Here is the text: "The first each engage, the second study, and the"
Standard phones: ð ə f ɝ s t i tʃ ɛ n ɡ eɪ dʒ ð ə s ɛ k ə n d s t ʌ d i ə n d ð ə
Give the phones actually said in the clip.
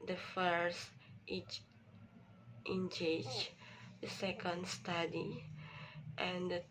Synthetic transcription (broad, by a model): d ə f ɝ s t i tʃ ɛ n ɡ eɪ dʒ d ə s ɛ k ə n d s t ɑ d i ə n d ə